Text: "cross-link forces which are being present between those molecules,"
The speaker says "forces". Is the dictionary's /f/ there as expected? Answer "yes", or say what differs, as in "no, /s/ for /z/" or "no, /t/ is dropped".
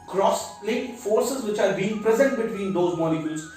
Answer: yes